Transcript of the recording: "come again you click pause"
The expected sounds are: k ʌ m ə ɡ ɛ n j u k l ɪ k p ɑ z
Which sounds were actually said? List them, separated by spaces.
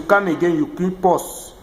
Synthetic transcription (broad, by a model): k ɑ m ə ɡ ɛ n j u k i p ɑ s